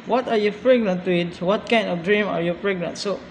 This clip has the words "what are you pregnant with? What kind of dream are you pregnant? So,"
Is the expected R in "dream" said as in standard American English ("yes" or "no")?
yes